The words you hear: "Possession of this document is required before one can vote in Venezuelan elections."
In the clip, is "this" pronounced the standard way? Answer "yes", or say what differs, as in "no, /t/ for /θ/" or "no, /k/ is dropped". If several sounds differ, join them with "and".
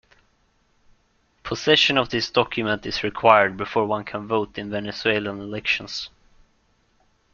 yes